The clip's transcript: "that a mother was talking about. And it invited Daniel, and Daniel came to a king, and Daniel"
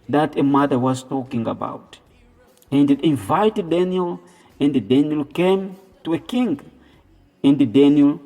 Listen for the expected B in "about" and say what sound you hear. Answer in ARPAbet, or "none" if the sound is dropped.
B